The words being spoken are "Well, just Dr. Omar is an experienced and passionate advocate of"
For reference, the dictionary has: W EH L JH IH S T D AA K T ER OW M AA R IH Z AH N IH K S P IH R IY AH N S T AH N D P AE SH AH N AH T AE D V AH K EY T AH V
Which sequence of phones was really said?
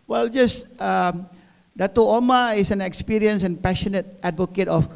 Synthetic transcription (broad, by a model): W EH L JH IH S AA D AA T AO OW M AA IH S AH N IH K S P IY R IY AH N S AH N P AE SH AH N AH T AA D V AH K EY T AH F